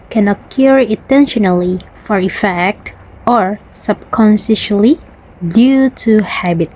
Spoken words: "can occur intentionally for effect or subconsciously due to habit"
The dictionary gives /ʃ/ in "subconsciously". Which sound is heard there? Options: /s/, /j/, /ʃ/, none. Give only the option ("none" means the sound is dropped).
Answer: /s/